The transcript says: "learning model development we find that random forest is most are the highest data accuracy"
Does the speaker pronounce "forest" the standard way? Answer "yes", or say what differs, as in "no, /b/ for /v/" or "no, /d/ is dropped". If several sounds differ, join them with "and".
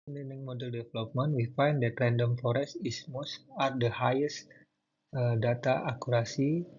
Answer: no, /t/ is dropped